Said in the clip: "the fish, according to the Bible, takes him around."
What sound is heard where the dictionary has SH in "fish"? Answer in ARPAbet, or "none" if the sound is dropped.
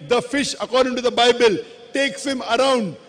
SH